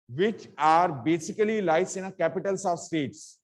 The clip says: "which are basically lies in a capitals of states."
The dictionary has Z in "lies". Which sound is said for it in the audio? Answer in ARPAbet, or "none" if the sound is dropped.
S